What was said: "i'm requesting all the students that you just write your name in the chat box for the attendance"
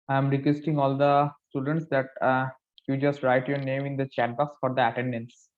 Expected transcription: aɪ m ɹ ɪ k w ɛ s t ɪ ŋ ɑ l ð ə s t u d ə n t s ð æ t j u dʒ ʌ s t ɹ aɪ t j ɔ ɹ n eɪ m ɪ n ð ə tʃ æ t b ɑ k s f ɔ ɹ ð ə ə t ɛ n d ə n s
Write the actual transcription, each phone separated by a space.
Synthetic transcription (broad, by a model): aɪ m ɹ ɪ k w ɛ s t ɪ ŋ ɑ l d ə s t u d ə n t s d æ t j u dʒ ʌ s t ɹ aɪ t j ɔ ɹ n eɪ m ɪ n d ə tʃ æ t b ɑ k s f ɔ ɹ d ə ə t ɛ n d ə n s